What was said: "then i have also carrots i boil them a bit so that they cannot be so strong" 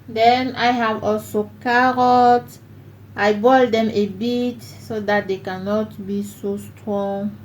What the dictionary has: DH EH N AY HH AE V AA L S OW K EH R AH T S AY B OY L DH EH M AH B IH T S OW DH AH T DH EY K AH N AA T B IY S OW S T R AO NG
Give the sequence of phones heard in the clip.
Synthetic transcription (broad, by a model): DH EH N AY HH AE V AA L S OW K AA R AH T AY B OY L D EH M AH B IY T S OW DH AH T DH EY K AH N AA T B IY S OW S T R AO NG